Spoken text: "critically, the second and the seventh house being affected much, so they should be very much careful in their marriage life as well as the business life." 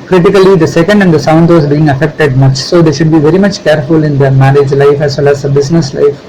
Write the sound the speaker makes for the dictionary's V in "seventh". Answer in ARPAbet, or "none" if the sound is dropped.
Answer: none